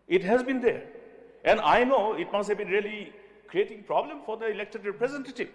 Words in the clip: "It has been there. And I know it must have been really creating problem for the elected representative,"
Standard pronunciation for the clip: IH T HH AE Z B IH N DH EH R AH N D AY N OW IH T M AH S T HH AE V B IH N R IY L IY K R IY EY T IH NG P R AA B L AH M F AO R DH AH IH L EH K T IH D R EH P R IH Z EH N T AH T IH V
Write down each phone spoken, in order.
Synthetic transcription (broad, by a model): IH T HH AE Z B IH N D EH R AH N D AY N OW IH T M AH S T HH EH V B IH N R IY L IY K R IY EY T IH NG P R AA B L AH M F AO R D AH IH L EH K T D R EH P R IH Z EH N T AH T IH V